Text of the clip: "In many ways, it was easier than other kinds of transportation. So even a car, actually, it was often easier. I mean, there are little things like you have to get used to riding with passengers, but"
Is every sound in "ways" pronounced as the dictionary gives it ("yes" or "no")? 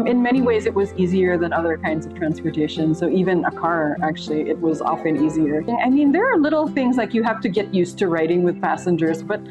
yes